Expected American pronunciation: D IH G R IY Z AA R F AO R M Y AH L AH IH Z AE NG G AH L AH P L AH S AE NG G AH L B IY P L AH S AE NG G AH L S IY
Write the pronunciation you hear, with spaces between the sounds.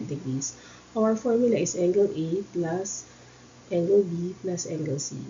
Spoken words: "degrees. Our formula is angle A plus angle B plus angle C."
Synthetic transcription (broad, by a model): D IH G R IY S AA W F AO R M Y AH L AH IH S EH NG G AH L AH P L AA S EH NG G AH L B IY P L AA S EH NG G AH L S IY